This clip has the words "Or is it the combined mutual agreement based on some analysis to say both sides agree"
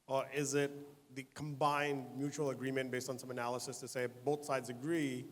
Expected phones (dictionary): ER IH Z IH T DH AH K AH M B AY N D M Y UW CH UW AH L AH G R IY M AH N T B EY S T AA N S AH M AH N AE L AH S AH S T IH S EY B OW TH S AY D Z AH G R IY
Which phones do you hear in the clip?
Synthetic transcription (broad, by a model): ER IH Z IH T DH AH K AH M B AY N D M Y UW CH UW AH L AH G R IY M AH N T B EY S T N S AH M AH N AE L AH S AH S T IH S EY B OW TH S AY D Z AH G R IY